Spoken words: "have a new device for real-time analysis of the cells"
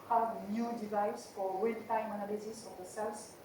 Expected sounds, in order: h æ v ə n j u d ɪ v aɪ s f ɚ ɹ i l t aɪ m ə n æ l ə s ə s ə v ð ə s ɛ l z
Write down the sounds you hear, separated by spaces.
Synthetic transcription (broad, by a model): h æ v n j u d ɪ v aɪ s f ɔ w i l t aɪ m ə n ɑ l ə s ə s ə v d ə s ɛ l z